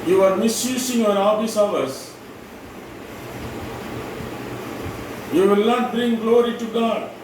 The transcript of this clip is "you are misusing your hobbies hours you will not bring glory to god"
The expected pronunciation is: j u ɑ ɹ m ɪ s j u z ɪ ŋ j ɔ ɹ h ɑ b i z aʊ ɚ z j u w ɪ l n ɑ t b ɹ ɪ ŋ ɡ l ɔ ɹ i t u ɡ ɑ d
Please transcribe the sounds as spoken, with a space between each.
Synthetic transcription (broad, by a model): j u ɑ ɹ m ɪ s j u s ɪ ŋ j ɔ ɹ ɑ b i s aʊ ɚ s j u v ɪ l n ɑ t b ɹ ɪ ŋ ɡ l ɔ ɹ i t u ɡ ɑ d